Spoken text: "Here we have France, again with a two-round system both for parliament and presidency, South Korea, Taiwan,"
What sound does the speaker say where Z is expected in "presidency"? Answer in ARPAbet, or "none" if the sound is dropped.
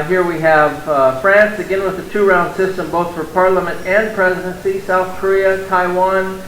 Z